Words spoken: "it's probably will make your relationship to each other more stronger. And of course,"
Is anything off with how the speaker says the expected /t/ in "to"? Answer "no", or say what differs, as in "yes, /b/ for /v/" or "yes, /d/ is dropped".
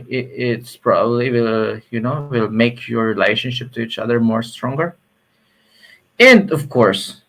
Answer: no